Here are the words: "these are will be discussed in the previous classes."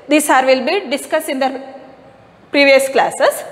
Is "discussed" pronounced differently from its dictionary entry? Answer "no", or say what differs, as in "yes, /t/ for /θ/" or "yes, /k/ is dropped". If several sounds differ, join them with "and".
yes, /t/ is dropped